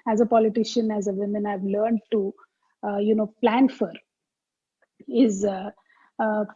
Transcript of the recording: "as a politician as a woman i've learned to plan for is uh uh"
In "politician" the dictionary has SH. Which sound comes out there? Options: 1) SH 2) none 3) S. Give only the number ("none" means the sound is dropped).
1